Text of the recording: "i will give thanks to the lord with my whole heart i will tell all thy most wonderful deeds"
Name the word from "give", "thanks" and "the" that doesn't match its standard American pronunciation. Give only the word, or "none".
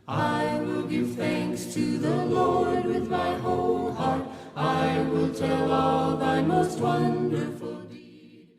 none